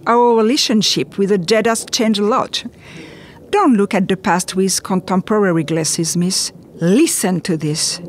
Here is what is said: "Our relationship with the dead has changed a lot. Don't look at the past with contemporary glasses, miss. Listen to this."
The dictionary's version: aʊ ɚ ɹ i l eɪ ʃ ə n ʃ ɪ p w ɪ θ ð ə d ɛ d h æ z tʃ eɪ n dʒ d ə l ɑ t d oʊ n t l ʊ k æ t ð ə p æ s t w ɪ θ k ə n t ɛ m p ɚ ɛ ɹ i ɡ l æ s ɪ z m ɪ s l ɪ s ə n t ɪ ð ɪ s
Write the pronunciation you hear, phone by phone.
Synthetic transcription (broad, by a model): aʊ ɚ ɹ i l eɪ ʃ ə n ʃ ɪ p w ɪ ð ə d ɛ d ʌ s tʃ eɪ n dʒ ə l ɑ t d oʊ n t l ʊ k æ t ð ə p æ s t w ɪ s k ə n t ɛ m p ɚ ɛ ɹ i ɡ l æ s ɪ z m ɪ s l ɪ s ə n t ɪ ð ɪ s